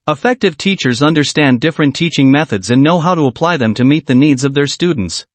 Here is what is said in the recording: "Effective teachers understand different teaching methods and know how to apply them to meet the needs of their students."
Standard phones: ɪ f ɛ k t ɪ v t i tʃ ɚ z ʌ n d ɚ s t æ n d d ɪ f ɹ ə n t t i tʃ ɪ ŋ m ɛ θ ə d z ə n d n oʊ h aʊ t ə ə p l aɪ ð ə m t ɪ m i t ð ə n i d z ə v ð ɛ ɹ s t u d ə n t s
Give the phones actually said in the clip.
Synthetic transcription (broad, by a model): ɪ f ɛ k t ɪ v t i tʃ ɚ z ʌ n d ɚ s t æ n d d ɪ f ɹ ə n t t i tʃ ɪ ŋ m ɛ θ ə d z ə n n oʊ h aʊ t ə ə p l aɪ ð ə m t ɪ m i t ð ə n i d z ə v ð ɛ ɹ s t u d n t s